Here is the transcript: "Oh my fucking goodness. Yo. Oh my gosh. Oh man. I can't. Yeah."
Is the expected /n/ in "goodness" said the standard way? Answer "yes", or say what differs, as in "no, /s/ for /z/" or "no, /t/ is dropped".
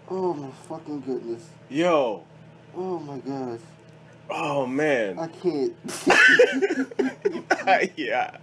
yes